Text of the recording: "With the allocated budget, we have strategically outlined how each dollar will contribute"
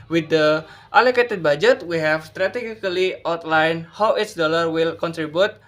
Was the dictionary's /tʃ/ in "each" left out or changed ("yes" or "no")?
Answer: yes